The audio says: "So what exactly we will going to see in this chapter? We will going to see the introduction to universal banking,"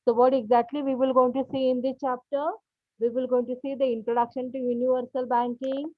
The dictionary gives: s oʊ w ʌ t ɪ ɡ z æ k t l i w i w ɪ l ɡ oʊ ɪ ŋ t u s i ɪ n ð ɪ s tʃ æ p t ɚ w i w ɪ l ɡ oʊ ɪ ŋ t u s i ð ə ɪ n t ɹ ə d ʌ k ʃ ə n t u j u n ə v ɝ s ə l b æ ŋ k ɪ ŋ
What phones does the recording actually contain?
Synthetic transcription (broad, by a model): s oʊ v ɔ t ɪ ɡ z æ k t l i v i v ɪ l ɡ oʊ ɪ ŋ t u s i ɪ n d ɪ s tʃ æ p t ɚ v i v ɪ l ɡ oʊ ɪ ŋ t u s i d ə ɪ n t ɹ ə d ʌ k ʃ ə n t u j u n ə v ɝ s ə l b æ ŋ k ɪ ŋ